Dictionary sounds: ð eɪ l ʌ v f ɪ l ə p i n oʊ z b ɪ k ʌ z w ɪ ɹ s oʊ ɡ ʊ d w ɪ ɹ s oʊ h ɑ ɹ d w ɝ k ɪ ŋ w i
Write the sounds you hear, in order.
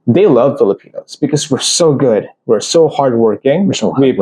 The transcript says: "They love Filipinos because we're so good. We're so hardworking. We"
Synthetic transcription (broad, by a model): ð eɪ l ʌ v f ɪ l ə p i n oʊ z b ɪ k ʌ z w ɪ ɹ s oʊ ɡ ʊ d w ɪ ɹ s oʊ h ɑ ɹ d w ɝ k ɪ ŋ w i